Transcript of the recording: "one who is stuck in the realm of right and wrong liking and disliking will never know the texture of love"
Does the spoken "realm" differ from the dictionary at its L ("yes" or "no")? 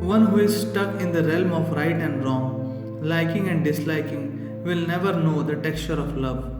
no